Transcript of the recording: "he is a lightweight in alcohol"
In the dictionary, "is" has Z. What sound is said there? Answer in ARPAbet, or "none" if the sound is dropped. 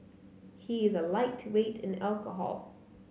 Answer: Z